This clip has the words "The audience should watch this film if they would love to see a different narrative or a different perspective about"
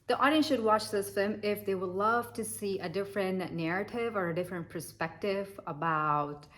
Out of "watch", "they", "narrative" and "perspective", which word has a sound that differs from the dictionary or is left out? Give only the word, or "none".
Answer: none